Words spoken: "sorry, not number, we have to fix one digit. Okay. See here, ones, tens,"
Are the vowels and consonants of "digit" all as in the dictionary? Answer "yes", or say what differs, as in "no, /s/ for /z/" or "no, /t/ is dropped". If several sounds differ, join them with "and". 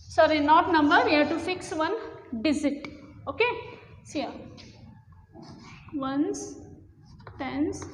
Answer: no, /z/ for /dʒ/